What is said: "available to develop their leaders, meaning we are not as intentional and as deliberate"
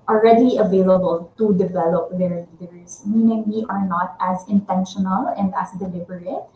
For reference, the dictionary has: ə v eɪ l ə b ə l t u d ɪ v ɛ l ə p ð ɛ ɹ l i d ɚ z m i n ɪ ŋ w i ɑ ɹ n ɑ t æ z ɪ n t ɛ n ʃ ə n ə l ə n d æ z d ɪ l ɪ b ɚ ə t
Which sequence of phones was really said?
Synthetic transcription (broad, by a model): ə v eɪ l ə b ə l t u d ɪ v ɛ l ə p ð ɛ ɹ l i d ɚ s m i n ɪ ŋ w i ɑ ɹ n ɑ t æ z ɪ n t ɛ n ʃ ə n ə l ə n d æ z d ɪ l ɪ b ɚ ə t